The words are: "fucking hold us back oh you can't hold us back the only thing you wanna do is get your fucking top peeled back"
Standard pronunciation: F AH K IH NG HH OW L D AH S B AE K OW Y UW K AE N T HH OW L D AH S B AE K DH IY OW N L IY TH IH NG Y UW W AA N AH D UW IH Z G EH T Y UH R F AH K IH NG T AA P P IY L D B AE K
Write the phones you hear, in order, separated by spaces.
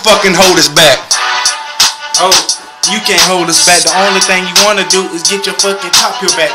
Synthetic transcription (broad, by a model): F AH K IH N HH OW L D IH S B AE K OW Y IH K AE N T HH OW L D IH S B AE K DH IY OW N L IY TH IH NG Y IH W AA N AH D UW IH Z G EH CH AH R F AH K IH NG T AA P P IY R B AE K